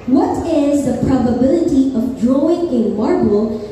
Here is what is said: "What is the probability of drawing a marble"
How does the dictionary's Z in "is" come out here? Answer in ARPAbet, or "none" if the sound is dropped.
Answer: Z